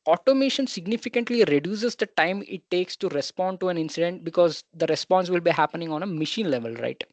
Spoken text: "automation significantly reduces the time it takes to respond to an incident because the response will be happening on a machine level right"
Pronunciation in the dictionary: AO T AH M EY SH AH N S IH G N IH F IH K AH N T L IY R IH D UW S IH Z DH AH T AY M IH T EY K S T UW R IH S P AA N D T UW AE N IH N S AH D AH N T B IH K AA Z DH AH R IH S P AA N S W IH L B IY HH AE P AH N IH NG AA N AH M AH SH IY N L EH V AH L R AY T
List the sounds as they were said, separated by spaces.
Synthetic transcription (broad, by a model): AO T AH M EY SH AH N S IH G N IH F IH K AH N T L IY R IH D UW S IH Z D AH T AY M IH T EY K S T UW R IH S P AA N D T UW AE N IH N S AH D AH N T B IH K AA Z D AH R IH S P AA N S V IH L B IY HH AE P AH N IH NG AA N AH M AH SH IY N L EH V AH L R AY T